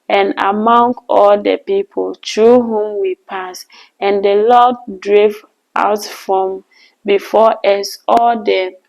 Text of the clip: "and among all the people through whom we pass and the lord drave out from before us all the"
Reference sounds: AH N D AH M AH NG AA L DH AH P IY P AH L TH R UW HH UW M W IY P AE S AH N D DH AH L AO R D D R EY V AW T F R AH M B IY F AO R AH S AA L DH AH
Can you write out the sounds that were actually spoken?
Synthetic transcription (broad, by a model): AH N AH M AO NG AA L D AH P IY P AH L T R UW HH UW M W IY P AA S AH N D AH L AO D D R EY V AW T F R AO M B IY F AO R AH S AA L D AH